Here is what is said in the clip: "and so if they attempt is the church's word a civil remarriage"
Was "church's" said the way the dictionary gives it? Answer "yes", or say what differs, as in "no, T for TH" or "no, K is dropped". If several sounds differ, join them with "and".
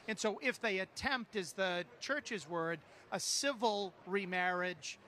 yes